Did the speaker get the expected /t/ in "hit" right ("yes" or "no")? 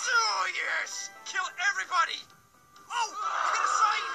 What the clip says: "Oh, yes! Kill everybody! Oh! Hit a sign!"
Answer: no